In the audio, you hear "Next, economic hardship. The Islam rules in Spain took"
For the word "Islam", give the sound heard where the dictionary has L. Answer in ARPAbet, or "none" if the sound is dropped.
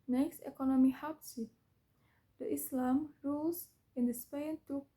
L